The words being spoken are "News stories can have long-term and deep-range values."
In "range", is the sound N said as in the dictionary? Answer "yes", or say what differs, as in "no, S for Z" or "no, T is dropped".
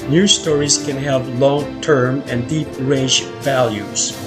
no, N is dropped